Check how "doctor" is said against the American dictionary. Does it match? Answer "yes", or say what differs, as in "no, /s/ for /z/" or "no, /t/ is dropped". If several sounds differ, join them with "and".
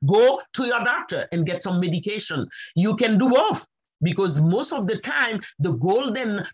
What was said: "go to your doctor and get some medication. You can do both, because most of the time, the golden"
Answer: yes